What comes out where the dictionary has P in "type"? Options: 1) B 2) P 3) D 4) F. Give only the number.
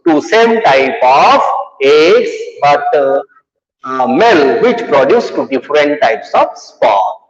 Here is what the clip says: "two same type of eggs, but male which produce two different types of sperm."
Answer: 2